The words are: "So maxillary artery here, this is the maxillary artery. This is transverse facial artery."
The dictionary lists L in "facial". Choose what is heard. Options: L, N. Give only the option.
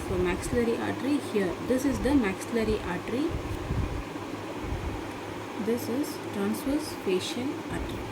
N